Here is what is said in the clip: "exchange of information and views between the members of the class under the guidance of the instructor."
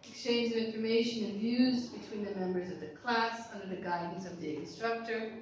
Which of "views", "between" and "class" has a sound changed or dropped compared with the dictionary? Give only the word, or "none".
none